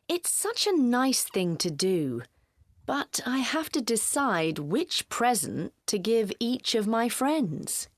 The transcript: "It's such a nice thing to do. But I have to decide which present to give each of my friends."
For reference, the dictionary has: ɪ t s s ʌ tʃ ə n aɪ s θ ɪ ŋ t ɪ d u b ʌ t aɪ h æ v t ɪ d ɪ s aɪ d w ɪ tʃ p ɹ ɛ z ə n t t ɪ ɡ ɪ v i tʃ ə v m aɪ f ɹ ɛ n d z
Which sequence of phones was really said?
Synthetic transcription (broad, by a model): ɪ t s s ʌ tʃ ə n aɪ s θ ɪ ŋ t ɪ d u b ʌ t aɪ h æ f t ɪ d ɪ s aɪ d w ɪ tʃ p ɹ ɛ z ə n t t ɪ ɡ ɪ v i tʃ ə v m aɪ f ɹ ɛ n d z